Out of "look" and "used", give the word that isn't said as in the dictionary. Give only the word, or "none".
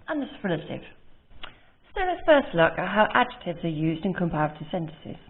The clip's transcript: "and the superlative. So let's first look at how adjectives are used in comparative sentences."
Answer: none